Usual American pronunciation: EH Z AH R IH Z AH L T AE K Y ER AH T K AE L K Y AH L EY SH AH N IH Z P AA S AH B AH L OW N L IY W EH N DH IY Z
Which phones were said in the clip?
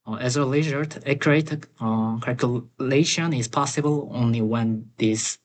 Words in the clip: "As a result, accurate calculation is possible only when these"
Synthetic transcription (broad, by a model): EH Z AH L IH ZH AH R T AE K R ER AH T K AE L K Y AH L EY SH AH N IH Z P AA S AH B AH L OW N L IY W EH N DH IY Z